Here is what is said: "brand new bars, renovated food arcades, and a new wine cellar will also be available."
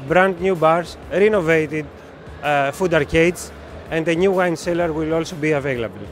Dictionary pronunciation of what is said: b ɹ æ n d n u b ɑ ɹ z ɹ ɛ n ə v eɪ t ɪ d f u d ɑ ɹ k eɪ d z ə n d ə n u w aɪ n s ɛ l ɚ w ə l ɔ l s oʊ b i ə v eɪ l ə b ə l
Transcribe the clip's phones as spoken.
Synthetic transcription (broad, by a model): b ɹ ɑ n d n u b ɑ ɹ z ɹ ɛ n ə v eɪ t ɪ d f u d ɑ ɹ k eɪ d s ə n d ə n u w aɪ n s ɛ l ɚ w ə l ɔ l s oʊ b i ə v eɪ l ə b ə l